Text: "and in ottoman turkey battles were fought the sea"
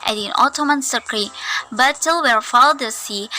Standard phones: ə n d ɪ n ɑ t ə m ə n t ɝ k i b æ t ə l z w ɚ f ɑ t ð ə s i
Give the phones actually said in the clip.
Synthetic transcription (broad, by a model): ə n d ɪ n ɑ t ə m ə n s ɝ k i b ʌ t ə l w ɚ f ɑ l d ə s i